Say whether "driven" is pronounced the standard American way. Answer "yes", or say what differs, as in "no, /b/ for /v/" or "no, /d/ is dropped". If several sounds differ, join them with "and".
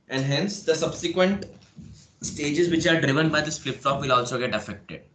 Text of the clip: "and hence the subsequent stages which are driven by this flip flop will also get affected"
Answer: yes